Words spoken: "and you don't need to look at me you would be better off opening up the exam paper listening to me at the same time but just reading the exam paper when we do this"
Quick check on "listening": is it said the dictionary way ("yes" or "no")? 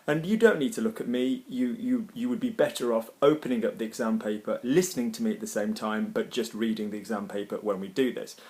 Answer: yes